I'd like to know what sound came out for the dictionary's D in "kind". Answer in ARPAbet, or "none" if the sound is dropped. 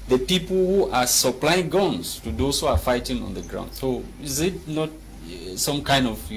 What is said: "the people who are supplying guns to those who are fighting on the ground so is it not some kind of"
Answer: D